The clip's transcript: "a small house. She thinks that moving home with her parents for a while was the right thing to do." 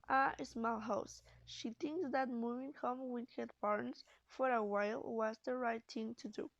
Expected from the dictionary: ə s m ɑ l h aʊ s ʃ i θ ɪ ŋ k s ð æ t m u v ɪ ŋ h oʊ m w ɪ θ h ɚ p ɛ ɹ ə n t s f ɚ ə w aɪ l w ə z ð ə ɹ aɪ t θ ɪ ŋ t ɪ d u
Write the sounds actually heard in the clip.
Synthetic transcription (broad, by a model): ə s m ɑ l h aʊ s ʃ i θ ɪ ŋ k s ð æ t m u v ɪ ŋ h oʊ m w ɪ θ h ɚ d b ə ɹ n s f ɚ ə w aɪ l w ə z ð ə ɹ aɪ t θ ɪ ŋ t ɪ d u